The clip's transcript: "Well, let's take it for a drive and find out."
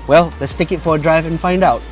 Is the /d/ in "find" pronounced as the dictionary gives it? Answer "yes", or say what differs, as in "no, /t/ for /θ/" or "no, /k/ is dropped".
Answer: yes